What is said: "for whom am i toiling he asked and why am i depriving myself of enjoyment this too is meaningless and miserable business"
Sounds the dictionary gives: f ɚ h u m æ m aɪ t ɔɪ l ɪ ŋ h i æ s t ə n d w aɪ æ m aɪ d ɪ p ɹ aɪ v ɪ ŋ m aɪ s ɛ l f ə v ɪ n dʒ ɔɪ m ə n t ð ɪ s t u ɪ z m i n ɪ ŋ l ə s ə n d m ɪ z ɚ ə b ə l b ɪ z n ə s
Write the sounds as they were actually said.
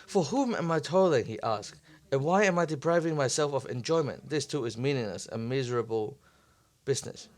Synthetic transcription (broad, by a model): f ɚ h u m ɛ m aɪ t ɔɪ l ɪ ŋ h i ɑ s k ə n w aɪ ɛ m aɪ d ɪ p ɹ aɪ v ɪ ŋ m aɪ s ɛ l f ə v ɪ n dʒ ɔɪ m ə n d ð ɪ s t u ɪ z m i n ɪ ŋ l ə s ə m ɪ z ɚ ə b ə l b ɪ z n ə s